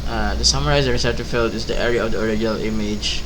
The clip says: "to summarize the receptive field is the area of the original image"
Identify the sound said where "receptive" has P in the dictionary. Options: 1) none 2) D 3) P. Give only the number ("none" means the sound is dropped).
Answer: 1